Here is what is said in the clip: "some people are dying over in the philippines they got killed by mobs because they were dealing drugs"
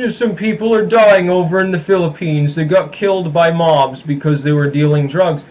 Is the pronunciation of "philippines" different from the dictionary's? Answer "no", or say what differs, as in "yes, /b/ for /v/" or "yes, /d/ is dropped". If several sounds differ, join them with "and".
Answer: no